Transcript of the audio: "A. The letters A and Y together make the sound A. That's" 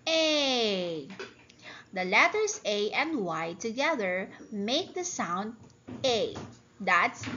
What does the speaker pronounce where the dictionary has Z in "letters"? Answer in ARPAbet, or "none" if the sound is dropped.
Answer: S